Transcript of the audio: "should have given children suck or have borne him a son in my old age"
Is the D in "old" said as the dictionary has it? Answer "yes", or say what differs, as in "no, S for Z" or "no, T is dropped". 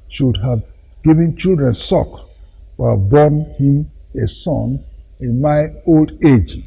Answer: yes